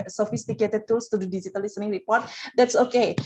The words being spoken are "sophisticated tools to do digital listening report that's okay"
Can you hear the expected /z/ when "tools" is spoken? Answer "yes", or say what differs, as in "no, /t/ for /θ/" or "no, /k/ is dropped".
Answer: no, /s/ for /z/